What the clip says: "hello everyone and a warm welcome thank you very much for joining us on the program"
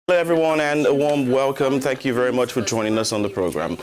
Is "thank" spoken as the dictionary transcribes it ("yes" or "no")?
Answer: yes